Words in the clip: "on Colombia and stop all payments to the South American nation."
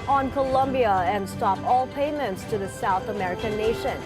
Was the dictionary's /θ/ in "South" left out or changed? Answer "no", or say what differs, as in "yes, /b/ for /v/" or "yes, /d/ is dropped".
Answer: no